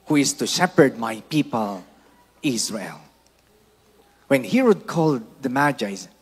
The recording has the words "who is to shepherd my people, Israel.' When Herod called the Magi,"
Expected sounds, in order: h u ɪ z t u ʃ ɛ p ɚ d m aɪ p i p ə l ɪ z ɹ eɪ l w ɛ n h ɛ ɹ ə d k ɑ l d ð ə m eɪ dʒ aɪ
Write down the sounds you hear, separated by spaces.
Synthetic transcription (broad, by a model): h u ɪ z t u ʃ ɛ p ɚ d m aɪ p i p ə l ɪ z ɹ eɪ l w ɛ n h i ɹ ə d k ɑ l d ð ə m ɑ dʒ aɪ